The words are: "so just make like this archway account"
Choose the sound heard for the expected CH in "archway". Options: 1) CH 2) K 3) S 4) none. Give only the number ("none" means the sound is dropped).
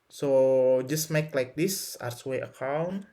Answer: 3